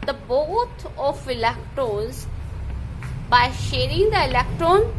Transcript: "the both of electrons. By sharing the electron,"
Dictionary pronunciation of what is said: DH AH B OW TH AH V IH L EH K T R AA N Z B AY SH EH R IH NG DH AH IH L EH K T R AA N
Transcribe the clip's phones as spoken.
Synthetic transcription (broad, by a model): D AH B OW T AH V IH L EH K T R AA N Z B AY SH EH R IH NG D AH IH L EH K T R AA N